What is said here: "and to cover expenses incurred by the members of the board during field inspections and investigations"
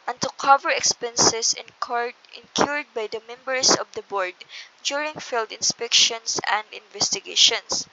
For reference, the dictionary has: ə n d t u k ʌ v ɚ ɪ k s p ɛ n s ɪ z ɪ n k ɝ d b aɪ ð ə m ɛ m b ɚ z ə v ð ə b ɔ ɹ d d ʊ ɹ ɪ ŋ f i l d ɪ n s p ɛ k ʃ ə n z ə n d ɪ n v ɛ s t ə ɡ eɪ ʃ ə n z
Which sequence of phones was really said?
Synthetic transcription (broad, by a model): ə n t u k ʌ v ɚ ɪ k s p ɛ n s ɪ s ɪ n k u d b aɪ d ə m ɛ m b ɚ s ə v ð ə b ɔ ɹ d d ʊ ɹ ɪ ŋ f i l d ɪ n s p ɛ k ʃ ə n s ə n d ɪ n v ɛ s t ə ɡ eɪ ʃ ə n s